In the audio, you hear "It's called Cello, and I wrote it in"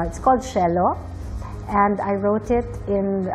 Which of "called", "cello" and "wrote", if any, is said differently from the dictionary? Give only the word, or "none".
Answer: cello